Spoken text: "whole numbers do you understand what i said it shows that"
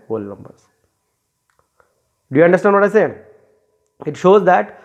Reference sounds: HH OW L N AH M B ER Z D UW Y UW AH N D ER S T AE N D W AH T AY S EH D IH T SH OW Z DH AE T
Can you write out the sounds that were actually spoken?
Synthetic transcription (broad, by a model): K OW L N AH M B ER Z D UW Y UW AH N D ER S T AE N D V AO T AY S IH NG IH T SH OW Z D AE T